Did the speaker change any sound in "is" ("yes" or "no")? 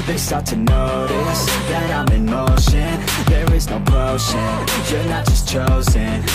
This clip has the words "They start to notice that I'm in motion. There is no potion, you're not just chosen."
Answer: no